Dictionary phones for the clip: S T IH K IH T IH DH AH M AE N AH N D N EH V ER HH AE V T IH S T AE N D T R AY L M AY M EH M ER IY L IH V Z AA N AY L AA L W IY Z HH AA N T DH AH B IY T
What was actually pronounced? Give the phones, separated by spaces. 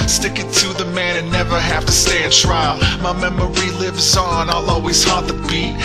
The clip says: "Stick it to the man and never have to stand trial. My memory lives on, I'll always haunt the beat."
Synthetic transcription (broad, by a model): S T IH K IH T IH DH AH M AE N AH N N EH V ER HH AE F T IH S T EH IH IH T R AY L M AY M EH M ER IY L IH V Z N AY L AA L W IY Z HH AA T DH AH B IY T